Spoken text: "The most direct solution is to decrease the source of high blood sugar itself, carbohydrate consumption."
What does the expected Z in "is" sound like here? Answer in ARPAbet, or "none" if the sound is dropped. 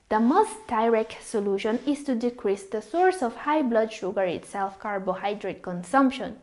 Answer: S